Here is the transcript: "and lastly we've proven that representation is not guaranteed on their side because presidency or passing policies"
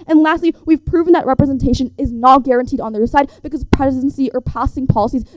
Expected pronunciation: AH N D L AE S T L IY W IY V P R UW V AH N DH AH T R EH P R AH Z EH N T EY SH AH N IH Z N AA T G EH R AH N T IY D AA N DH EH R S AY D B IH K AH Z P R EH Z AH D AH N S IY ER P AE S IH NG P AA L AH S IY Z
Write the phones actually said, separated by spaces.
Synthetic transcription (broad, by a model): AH N L AE S T L IY W IY V P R UW V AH N DH AH T R EH P R AH Z EH N T EY SH AH N IH Z N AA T G EH R AH N T IY D N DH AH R S AY D B IH K AH Z P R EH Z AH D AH N S IY ER P AE S IH NG P AA L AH S IY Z